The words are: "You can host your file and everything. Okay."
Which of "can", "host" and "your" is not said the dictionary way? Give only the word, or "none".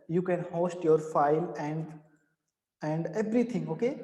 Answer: none